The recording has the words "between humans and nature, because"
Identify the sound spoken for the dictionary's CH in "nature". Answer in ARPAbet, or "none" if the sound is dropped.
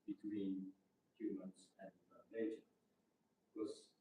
none